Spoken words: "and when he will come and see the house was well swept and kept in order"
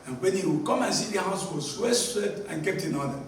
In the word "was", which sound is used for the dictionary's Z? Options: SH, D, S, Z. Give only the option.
S